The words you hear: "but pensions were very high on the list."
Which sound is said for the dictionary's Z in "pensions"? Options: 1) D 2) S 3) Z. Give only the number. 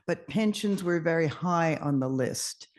3